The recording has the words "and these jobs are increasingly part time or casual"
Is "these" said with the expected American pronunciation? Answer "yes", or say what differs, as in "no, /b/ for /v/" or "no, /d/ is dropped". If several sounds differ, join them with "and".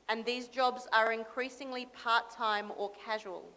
yes